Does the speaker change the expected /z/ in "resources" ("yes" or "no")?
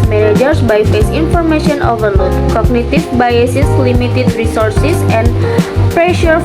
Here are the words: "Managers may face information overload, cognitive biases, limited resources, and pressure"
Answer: yes